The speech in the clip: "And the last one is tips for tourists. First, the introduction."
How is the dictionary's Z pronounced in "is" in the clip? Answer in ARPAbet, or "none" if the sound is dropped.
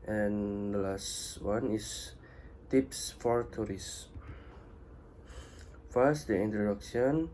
S